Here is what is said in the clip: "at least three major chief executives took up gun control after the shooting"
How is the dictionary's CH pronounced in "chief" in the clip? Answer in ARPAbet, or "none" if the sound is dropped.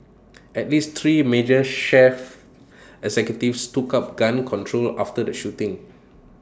SH